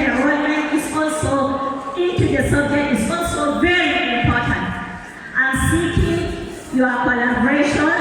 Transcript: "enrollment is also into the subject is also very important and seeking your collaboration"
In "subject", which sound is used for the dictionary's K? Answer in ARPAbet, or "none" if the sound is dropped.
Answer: none